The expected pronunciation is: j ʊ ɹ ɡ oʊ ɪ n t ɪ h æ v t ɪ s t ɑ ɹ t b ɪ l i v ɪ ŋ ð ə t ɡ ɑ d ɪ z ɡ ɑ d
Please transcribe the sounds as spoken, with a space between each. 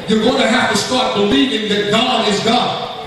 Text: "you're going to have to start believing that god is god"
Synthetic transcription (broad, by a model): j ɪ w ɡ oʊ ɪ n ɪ h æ f t ɪ s t ɑ ɹ t b ɪ l i v ɪ ŋ ð ə t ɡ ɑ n ɪ z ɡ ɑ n